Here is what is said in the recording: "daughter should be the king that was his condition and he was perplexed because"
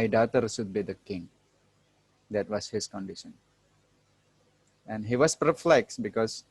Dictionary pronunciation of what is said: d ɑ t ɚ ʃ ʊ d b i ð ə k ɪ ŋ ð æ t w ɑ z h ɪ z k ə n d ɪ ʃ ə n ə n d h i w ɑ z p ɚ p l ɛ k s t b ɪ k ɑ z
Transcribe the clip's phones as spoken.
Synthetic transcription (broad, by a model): d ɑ t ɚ s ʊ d b i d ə k ɪ ŋ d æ t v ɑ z h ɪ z k ə n d ɪ ʃ ə n ə n d h i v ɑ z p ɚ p l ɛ k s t b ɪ k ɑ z